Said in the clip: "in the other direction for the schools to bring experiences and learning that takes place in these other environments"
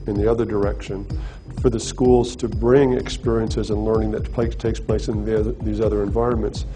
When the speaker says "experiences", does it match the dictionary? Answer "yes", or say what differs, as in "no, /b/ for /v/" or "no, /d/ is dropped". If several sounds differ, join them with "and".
yes